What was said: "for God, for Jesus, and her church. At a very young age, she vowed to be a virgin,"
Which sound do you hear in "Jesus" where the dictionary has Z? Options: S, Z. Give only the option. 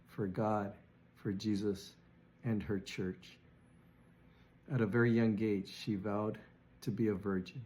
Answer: Z